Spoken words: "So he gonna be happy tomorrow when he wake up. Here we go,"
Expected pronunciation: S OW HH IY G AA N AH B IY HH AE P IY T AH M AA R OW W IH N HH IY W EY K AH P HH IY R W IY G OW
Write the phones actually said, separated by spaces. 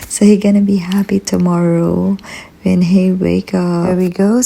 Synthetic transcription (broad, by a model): S OW HH IY G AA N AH B IY HH AE P IY T AH M AA R OW W IH N HH IY W EY K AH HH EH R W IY G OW